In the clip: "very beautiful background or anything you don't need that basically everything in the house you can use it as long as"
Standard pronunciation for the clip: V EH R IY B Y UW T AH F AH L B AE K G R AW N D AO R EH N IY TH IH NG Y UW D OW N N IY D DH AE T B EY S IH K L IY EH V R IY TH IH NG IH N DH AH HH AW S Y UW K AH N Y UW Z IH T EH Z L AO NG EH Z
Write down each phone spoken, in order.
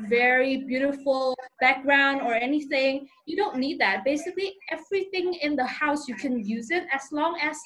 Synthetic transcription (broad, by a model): V EH R IY B Y UW T AH F AH L B AE K G R AW N D AO R EH N IY TH IH NG Y UW D OW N N IY D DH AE T B EY S IH K L IY EH V R IY TH IH NG IH N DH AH HH AW S Y UW K AH N Y UW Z IH T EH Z L AO NG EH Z